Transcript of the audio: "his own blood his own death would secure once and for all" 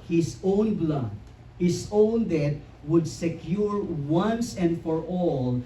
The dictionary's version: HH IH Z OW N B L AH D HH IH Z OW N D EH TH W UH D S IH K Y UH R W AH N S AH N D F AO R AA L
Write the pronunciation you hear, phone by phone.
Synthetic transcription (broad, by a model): HH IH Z OW N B L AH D HH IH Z OW N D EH T W UH D S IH K Y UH R W AH N S AH N D F AO R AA L